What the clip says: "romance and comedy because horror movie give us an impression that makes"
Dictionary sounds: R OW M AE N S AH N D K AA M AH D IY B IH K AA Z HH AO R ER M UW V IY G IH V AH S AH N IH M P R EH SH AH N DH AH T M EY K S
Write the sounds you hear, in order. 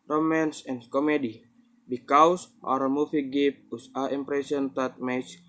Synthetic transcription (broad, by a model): R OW M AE N S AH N K AA M AH D IY B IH K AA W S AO R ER M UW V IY G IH P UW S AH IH M P R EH S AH N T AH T M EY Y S